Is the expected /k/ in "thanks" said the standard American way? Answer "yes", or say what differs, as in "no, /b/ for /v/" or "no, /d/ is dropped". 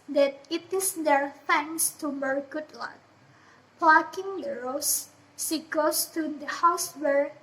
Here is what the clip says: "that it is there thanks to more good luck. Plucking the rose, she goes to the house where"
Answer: no, /k/ is dropped